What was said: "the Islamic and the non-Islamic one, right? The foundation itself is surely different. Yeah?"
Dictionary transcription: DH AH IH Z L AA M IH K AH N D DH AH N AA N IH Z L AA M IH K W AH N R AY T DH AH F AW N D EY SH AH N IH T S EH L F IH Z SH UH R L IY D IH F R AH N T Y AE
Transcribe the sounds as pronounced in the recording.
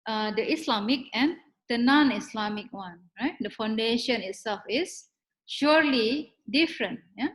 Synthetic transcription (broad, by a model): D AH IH S L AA M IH K AH N D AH N AA N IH S L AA M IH K W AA N R AY T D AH F AW N D EY SH AH N IH T S EH L F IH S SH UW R L IY D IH F R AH N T Y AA